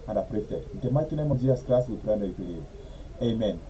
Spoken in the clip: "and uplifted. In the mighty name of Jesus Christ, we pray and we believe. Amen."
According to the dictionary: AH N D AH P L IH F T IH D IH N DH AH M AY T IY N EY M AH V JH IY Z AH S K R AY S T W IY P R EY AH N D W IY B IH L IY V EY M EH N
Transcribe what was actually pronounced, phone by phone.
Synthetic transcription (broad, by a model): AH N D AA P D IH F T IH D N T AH M AY T IY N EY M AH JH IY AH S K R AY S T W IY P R AH N D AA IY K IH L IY EY M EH N